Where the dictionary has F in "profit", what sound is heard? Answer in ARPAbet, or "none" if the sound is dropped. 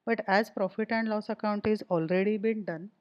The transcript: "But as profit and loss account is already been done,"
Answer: F